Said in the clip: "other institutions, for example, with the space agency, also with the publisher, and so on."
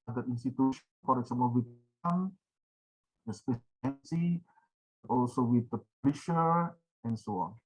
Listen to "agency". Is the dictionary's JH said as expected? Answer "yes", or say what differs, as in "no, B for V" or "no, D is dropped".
no, JH is dropped